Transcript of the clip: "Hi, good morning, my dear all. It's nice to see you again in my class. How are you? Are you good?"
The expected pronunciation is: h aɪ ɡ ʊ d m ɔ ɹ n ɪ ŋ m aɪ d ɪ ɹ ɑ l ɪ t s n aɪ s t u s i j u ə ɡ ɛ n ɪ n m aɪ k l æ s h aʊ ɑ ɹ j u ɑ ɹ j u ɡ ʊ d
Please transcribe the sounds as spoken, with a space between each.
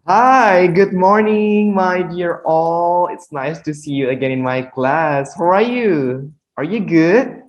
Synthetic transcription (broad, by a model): h aɪ ɡ ʊ d m ɔ ɹ n ɪ ŋ m aɪ d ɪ ɹ ɑ l ɪ t s n aɪ s t u s i j u ə ɡ ɛ n ɪ n m aɪ k l æ s h aʊ ɑ ɹ j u ɑ ɹ j u ɡ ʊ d